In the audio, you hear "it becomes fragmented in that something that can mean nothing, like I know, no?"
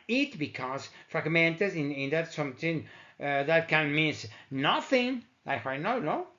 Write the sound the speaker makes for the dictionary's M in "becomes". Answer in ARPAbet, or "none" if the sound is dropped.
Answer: none